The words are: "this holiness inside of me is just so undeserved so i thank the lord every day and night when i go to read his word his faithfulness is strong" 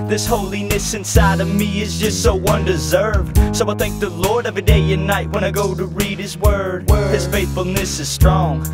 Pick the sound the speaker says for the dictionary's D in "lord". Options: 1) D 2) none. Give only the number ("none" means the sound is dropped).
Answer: 1